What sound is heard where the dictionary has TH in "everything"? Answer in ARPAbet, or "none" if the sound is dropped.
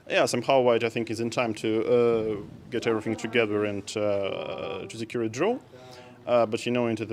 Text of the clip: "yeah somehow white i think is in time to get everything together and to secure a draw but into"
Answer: TH